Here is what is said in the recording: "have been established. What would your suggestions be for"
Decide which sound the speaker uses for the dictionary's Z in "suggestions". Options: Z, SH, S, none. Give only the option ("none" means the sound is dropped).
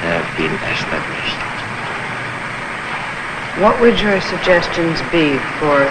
Z